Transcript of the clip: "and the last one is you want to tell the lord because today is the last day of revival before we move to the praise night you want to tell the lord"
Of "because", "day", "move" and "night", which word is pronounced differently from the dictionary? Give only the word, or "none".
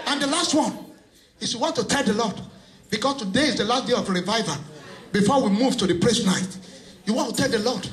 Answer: because